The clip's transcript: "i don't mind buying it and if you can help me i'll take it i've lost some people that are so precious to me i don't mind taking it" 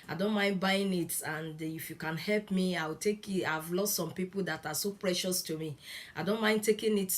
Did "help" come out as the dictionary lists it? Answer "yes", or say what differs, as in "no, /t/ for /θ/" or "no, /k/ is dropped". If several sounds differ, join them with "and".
yes